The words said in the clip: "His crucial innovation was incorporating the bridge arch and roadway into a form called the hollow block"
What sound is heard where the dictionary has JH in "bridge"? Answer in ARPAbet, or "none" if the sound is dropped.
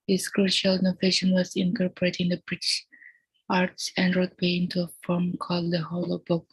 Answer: SH